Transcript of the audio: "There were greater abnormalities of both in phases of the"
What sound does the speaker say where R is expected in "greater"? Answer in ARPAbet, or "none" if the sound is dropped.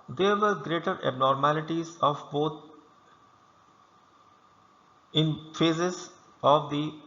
R